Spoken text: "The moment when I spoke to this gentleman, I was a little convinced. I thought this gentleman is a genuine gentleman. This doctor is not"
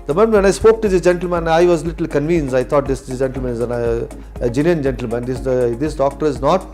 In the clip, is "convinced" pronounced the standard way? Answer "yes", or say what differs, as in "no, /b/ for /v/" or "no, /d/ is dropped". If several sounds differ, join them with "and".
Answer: no, /t/ is dropped